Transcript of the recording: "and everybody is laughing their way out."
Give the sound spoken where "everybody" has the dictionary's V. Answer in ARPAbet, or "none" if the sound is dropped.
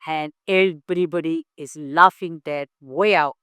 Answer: B